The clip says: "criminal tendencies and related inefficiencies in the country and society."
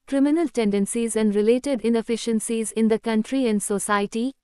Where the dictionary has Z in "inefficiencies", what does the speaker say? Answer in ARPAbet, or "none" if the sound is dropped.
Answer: Z